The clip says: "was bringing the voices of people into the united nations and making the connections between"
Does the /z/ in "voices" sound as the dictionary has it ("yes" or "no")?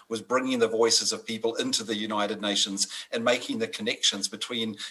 yes